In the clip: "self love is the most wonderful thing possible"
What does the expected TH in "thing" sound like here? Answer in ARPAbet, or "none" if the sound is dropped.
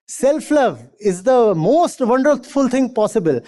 T